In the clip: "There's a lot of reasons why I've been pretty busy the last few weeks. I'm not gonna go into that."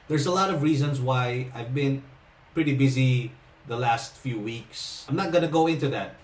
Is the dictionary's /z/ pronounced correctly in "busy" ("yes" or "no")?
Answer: yes